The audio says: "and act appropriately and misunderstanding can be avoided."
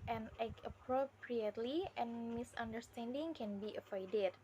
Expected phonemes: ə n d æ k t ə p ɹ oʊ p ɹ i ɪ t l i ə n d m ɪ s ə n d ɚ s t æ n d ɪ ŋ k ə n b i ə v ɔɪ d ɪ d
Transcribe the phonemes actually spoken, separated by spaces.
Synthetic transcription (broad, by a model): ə n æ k ə p ɹ oʊ p ɹ i ɪ t l i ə n m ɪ s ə n d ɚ s t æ n d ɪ ŋ k ə n b i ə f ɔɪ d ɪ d